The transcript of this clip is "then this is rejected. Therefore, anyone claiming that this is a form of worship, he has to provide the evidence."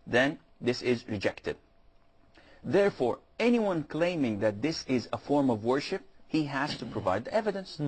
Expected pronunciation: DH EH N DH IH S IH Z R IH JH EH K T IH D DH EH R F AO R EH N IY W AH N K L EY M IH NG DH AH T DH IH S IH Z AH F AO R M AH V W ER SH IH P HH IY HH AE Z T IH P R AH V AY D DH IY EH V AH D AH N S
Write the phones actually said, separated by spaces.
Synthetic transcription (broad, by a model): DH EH N DH IH S IH Z R IH JH EH K T IH D DH EH R F AO R EH N IY W AH N K L EY M IH NG DH AH T DH IH S IH Z AH F AO R M AH V W ER SH IH P HH IY HH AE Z T IH P R AH V AY D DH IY EH V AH D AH N S